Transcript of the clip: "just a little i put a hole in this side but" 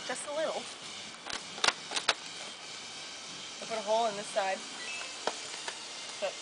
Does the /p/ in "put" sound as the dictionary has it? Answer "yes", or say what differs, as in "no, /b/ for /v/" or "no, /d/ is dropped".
no, /f/ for /p/